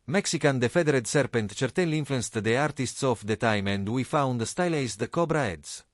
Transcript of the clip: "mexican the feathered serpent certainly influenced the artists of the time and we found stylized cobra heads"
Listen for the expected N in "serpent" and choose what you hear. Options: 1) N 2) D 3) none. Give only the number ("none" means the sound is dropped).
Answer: 1